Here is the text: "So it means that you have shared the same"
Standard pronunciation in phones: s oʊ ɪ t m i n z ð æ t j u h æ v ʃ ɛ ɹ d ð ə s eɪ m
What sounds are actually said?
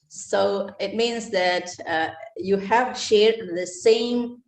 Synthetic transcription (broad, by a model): s oʊ ɪ t m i n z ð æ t j u h æ v ʃ ɛ ɹ d ð ə s eɪ m